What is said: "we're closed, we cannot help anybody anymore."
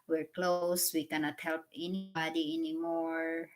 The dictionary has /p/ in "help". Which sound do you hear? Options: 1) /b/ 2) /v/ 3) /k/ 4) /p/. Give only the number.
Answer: 4